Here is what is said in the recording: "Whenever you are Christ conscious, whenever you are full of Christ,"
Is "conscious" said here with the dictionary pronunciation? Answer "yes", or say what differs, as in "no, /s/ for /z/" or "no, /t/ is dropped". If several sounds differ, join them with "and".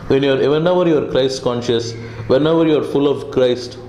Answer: yes